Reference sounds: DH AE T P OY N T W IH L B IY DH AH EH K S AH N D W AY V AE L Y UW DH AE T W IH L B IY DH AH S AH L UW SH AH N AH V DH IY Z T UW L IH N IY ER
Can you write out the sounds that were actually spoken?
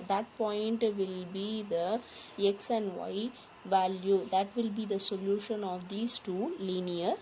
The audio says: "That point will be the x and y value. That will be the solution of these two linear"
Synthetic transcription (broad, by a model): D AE T P OY N T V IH L B IY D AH EH K S AH N D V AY V AE L Y UW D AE T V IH L B IY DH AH S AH L UW SH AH N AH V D IY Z T UW L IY N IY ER